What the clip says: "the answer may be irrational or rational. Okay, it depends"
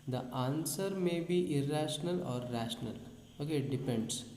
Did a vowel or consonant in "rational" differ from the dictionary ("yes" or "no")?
no